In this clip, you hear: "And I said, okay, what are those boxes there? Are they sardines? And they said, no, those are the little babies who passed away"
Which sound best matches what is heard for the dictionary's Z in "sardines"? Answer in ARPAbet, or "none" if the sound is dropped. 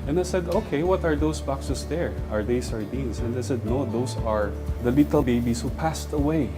S